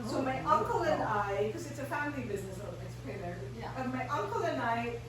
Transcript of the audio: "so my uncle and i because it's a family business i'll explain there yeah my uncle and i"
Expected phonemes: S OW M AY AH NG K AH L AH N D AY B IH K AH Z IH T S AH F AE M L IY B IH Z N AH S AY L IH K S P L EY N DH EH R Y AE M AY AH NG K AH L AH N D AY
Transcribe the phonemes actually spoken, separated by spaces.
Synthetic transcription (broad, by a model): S OW M AY AH NG K AH L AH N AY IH K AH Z IH T S AH F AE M L IY B IH Z N AH S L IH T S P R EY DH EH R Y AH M AY AH NG K AH L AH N AY